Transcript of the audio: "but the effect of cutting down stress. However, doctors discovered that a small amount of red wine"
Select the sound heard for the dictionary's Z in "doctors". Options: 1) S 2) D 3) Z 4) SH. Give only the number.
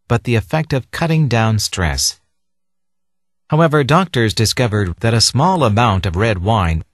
3